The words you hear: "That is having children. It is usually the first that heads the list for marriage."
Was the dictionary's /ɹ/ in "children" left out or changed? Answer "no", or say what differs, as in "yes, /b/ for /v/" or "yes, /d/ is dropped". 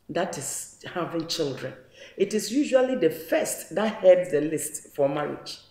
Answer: no